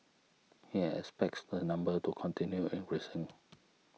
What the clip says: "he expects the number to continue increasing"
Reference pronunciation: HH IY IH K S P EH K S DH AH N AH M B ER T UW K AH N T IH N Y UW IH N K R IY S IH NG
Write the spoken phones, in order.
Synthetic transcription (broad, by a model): HH IY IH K S P EH K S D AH N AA M B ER T UW K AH N T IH N Y UW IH N R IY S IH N